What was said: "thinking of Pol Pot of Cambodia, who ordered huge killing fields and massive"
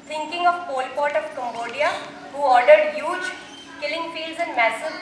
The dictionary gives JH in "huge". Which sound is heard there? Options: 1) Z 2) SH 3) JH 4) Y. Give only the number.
3